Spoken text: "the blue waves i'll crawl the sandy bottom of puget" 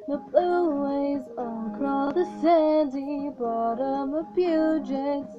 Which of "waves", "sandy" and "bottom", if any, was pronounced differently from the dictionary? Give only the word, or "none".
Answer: waves